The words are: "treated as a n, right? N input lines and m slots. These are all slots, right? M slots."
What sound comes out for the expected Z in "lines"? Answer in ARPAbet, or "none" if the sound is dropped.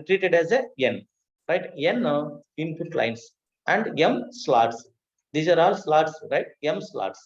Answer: S